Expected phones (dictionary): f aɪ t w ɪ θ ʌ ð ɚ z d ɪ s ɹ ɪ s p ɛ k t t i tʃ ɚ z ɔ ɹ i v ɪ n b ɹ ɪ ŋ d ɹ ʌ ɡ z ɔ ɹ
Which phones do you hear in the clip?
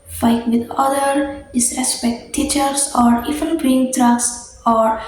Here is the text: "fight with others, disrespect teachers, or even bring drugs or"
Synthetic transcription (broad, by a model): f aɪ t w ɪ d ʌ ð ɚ d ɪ s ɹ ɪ s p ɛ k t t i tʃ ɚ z ɔ ɹ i f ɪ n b ɹ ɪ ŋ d ɹ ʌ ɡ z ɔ ɹ